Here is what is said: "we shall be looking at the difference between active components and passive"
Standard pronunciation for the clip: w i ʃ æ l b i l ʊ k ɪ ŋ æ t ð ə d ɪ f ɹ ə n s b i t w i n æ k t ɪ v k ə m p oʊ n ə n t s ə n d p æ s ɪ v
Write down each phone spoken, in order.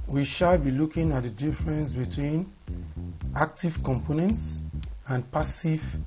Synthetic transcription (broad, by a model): w i ʃ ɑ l b i l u k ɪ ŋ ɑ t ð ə d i f ɹ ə n s b i t w i n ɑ k t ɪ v k ə m p oʊ n ə n t s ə n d p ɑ s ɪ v